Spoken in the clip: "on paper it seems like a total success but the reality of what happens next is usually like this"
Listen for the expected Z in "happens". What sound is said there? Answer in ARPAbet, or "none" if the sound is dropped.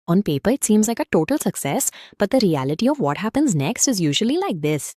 Z